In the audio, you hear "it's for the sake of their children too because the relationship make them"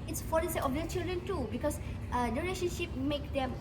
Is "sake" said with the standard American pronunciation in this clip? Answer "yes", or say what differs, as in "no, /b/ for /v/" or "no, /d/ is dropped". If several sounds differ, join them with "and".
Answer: no, /k/ is dropped